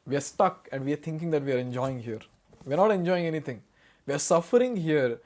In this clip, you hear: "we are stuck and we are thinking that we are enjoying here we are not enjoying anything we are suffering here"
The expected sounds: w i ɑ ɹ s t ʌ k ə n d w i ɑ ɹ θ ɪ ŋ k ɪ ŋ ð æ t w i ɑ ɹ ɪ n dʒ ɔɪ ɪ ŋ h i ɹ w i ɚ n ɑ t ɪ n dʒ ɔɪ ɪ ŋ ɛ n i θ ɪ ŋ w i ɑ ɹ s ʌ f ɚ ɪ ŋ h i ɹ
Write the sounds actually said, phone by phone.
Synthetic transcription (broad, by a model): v i ɑ ɹ s t ʌ k ə n d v i ɑ ɹ t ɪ ŋ k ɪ ŋ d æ t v i ɑ ɹ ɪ n dʒ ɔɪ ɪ ŋ h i ɹ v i ɚ n ɑ t ɪ n dʒ ɔɪ ɪ ŋ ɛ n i t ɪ ŋ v i ɑ ɹ s ʌ f ɚ ɪ ŋ h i ɹ